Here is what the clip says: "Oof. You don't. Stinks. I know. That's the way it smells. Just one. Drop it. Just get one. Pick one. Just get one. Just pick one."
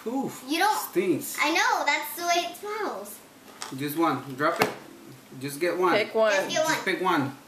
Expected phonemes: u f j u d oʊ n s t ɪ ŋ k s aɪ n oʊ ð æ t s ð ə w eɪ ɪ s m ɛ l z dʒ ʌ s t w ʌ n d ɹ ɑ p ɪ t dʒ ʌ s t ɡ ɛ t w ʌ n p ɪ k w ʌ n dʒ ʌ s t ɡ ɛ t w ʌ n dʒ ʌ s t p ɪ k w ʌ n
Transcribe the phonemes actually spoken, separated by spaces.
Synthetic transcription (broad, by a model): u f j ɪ d oʊ n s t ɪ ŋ s aɪ n oʊ ð æ t s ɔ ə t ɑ ɪ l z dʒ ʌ s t w ʌ n d ɹ ɑ p ɪ t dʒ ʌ s ɡ ɛ t w ʌ n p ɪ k w ʌ n ɡ ɛ t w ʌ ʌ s p ɪ k w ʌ n